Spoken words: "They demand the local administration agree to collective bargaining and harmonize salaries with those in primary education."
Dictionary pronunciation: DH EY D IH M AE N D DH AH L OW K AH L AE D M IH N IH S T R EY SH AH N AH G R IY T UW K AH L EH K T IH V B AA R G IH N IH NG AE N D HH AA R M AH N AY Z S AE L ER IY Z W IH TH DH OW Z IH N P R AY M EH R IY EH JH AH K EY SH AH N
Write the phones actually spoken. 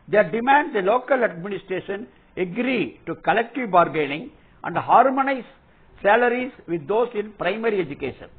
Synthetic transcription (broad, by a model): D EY D IH M AE N D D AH L OW K AH L AE D M IH N IH S T R EY SH AH N AH G R IY T UW K AH L EH K T IH V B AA R G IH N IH NG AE N D HH AA R M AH N AY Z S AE L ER IY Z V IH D OW S IH N P R AY M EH R IY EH JH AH K EY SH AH N